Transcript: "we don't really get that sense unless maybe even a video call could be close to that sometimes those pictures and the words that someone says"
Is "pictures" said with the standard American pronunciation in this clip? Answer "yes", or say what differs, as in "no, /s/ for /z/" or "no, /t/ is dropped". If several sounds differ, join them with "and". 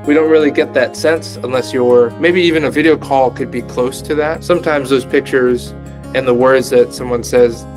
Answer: yes